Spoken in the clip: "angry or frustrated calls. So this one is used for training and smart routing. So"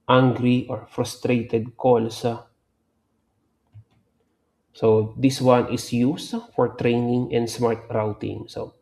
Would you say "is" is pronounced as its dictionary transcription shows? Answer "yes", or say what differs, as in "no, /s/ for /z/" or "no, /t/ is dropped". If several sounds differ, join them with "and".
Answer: no, /s/ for /z/